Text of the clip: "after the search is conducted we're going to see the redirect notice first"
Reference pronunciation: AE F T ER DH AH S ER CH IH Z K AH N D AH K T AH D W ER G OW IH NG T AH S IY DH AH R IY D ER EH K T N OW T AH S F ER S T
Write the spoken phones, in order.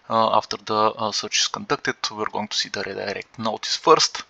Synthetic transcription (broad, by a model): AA F T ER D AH S ER CH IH S K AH N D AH K T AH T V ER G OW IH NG T AH S IY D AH R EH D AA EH K T N OW T AH S F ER S T